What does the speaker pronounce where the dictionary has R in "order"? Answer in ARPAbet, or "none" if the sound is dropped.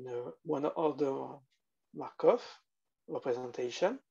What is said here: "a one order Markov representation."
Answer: L